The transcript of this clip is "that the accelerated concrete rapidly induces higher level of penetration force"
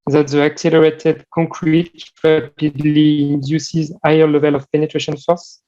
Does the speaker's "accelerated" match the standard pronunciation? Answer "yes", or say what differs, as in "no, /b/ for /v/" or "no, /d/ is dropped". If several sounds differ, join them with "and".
yes